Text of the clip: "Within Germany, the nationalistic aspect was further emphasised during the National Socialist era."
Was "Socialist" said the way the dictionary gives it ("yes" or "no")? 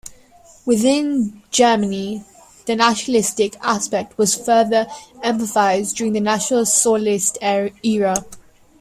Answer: no